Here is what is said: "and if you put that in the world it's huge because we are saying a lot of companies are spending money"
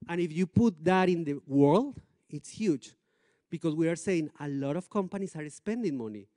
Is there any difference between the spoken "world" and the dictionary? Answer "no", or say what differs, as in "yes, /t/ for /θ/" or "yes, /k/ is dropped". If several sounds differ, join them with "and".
no